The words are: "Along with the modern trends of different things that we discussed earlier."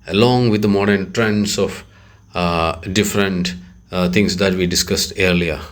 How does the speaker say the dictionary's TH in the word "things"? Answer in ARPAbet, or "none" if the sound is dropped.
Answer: T